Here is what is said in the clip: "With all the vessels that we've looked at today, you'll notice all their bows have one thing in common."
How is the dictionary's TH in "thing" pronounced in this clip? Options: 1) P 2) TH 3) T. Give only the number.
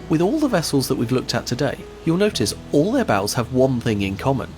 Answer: 2